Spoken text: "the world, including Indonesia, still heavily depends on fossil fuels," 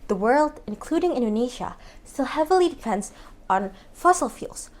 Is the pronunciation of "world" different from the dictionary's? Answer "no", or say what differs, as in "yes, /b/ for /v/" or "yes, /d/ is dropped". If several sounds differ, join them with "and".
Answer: no